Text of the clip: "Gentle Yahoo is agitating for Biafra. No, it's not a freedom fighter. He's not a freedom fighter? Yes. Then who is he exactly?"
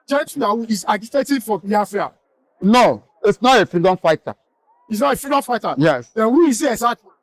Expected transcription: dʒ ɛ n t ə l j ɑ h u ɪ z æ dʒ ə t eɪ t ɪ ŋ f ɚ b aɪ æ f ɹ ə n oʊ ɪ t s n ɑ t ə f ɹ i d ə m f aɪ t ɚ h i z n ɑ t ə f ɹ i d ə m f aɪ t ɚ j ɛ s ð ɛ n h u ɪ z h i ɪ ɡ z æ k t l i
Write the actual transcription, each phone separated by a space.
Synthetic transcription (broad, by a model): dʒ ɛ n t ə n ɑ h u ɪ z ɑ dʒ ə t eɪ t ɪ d f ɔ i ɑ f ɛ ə n oʊ ɪ t s n ɑ t ə f ɹ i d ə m f aɪ t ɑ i s n ɑ t ə f ɹ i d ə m f aɪ t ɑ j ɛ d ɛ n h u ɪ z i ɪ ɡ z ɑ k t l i